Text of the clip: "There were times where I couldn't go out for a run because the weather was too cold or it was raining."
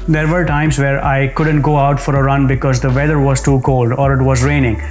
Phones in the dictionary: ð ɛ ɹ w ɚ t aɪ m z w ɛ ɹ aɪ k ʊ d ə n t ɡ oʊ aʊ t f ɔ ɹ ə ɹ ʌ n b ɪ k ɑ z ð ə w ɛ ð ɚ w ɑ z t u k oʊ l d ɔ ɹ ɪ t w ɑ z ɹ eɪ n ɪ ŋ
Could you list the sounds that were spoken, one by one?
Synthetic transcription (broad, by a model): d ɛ ɹ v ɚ t aɪ m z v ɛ ɹ aɪ k ʊ d ə n t ɡ oʊ aʊ t f ɔ ɹ ə ɹ ʌ n b ɪ k ɑ z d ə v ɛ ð ɚ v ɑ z t u k oʊ l d ɔ ɹ ɪ t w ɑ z ɹ eɪ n ɪ ŋ